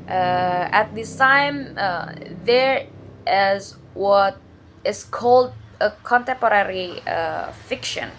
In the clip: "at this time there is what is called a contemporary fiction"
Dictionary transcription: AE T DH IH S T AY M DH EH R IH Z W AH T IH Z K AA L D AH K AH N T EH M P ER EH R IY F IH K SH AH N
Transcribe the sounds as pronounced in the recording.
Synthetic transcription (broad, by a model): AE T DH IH S T AY M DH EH R IH Z W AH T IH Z K AA L D AH K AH N T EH M P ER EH R IY F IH K SH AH N